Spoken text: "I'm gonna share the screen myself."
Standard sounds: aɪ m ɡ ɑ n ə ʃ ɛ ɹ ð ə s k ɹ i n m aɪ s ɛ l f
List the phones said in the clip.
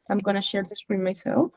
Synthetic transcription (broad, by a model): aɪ m ɡ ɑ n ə ʃ ɛ ɹ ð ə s ɹ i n m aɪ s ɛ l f